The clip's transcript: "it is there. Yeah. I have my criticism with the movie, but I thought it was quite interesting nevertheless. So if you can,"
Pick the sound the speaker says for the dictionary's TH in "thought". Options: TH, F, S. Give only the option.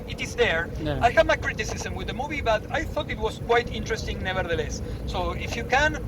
TH